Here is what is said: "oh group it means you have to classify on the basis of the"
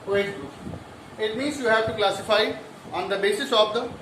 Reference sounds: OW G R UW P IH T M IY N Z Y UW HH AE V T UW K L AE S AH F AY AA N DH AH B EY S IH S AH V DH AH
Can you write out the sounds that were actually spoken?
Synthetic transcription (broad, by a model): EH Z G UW IH T M IY N Z Y UW HH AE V T UW K L AE S AH F AY AA N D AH B EY S IH S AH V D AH